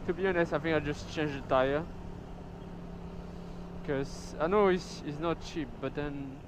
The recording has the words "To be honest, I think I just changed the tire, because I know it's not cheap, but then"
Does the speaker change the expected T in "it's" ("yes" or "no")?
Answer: yes